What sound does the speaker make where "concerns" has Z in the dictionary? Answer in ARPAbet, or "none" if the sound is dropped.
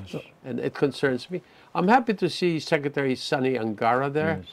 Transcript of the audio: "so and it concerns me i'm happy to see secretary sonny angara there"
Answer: Z